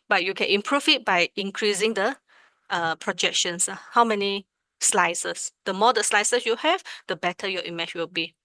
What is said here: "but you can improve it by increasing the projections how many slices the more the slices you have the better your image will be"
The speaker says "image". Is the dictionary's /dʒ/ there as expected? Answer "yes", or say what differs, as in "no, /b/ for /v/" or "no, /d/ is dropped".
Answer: no, /tʃ/ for /dʒ/